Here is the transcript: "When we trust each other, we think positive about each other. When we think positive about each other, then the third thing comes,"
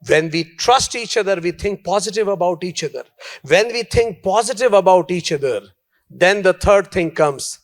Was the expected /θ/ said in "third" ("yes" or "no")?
no